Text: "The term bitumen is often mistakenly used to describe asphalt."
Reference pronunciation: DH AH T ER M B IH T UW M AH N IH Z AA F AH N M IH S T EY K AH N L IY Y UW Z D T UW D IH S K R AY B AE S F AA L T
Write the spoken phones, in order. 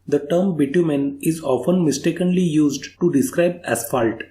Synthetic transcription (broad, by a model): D AH T ER M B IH T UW M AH N IH Z AA F AH N M IH S T EY K AH N L IY Y UW Z D T UW D IH S K R AY B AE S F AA L T